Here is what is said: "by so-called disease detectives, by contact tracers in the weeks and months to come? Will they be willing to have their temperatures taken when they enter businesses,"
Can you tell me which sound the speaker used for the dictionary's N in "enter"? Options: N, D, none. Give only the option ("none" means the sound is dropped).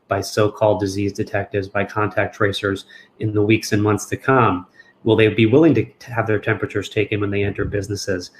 N